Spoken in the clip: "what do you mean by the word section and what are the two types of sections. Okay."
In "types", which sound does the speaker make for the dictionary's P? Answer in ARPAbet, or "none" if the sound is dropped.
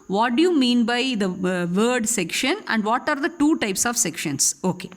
P